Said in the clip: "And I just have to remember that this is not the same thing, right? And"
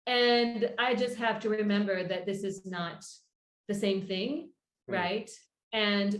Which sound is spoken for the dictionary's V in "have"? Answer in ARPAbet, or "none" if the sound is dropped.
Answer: F